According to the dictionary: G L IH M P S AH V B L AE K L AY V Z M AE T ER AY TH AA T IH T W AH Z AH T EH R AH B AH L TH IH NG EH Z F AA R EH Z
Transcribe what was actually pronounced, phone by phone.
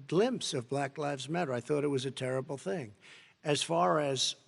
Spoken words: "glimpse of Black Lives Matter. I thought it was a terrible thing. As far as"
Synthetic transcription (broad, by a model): G L IH M P S AH V B L AE K L AY V Z M AE T ER AY TH AA T IH T W AH Z AH T EH R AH B L TH IH NG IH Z F AA R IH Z